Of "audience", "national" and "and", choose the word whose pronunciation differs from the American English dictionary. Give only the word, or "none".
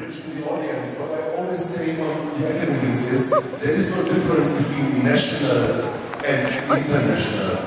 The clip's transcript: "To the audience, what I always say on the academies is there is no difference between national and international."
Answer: none